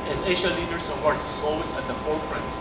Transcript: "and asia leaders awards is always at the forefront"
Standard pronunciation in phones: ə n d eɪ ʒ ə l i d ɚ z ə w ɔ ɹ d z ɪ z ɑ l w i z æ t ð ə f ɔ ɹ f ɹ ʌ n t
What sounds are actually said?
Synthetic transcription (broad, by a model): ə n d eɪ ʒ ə l i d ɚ s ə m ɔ ɹ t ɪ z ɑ l w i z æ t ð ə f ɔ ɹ f ɹ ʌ n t